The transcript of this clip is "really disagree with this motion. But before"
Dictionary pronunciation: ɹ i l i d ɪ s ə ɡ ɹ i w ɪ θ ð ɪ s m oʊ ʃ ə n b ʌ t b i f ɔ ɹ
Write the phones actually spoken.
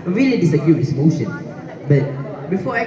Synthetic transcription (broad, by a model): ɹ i l i d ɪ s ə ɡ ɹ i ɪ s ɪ m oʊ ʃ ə n b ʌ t b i f ɔ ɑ